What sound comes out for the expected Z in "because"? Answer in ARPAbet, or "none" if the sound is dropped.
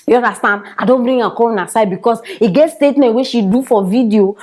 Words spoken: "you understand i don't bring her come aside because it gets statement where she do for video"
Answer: S